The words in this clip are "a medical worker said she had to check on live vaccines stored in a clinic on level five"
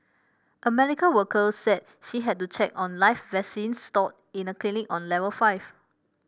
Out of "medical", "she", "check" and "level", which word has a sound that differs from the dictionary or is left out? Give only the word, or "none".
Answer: medical